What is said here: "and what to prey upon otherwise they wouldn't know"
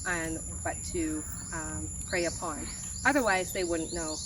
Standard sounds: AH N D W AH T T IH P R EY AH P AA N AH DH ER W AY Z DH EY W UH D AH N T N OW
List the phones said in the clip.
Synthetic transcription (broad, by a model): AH N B AH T T IH P R EY AH P AA N AH DH ER W AY Z DH EY W UH D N N OW